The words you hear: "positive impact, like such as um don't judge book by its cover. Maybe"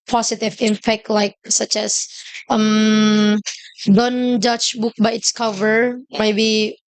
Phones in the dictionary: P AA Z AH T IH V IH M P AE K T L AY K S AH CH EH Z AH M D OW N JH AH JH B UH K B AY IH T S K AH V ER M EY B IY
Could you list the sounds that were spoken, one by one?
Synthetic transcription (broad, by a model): P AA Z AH T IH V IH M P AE K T L AY K S AH CH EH S AH M D OW N JH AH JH B UH K B AY IH T S K AH V ER M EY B IY